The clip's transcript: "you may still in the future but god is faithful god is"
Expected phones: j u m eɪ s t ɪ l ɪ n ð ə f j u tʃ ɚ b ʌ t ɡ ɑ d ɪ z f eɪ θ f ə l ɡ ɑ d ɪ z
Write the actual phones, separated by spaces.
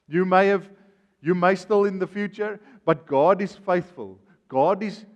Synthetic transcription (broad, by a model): j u m eɪ s t ɪ l ɪ n ð ə f j u tʃ ɚ b ʌ t ɡ ɑ d ɪ z f eɪ θ f ə l ɡ ɑ d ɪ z